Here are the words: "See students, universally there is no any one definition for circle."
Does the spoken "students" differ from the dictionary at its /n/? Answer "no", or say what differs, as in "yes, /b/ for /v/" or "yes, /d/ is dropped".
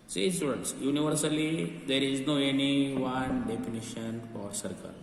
yes, /n/ is dropped